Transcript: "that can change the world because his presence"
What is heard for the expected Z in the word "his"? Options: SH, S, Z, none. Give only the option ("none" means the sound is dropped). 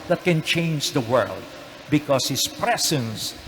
S